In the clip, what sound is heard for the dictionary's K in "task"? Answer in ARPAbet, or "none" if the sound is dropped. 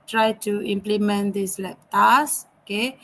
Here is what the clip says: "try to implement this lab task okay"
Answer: none